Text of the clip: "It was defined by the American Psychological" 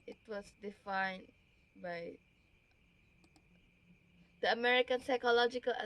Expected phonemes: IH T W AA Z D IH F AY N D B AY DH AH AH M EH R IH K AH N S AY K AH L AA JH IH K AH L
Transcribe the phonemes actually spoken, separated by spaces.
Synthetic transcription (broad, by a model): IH T W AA S D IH F AY N B AY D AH AH M EH R IH K AH N S AY K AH L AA JH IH K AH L